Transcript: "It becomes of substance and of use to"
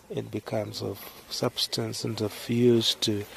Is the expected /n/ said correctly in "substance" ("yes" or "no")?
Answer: yes